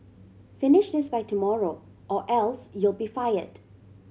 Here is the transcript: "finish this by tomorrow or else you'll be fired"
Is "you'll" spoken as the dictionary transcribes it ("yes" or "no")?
yes